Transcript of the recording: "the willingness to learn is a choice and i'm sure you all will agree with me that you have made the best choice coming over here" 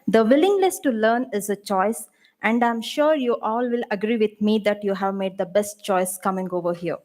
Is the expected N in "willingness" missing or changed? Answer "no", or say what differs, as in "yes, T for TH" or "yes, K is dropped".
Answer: yes, L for N